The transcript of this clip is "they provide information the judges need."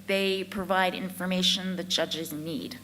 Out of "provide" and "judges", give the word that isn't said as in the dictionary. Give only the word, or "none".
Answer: none